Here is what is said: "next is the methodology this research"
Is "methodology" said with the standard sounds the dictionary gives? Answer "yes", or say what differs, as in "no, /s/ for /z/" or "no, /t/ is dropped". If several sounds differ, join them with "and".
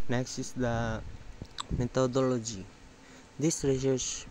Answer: no, /t/ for /θ/